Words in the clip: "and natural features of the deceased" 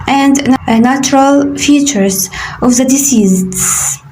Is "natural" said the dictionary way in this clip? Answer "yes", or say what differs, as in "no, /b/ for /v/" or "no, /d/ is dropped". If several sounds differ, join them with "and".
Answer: yes